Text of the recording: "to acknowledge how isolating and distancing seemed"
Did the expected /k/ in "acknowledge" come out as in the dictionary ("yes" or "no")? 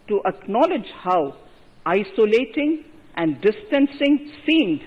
yes